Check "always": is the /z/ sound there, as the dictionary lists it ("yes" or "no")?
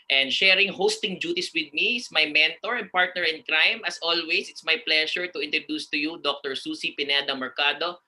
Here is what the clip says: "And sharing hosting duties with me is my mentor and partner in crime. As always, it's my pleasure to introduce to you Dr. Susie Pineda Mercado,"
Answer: no